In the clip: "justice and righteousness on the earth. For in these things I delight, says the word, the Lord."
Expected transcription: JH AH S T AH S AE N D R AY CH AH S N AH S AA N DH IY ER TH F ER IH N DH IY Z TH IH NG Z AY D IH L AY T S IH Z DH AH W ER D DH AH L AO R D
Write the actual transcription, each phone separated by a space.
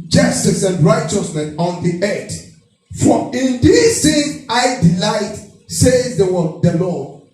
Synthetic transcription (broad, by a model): JH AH S T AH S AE N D R AY CH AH S N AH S AA N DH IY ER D F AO IH N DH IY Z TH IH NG AY D IH L AY T S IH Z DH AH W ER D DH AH L AO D